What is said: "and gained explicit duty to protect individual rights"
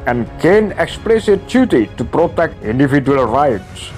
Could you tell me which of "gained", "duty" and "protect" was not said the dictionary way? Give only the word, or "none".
gained